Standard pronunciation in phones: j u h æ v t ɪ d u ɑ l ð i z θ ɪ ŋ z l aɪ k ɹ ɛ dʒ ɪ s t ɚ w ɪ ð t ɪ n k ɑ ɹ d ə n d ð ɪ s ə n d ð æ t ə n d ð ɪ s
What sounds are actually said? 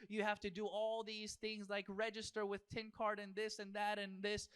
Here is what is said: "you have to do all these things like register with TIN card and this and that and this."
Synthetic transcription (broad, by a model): j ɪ h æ f t ɪ d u ɑ l ð i z θ ɪ ŋ z l aɪ k ɹ ɛ dʒ ɪ s t ɚ w ɪ ð t ɪ n k ɑ ɹ d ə n ð ɪ s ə n ð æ t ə n ð ɪ s